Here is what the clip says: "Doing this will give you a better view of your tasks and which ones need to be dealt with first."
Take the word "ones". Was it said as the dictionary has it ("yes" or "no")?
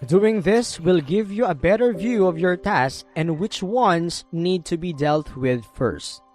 no